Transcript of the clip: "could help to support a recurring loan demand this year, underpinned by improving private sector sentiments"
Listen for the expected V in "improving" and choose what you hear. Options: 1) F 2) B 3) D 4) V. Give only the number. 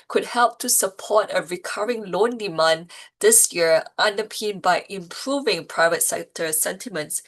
4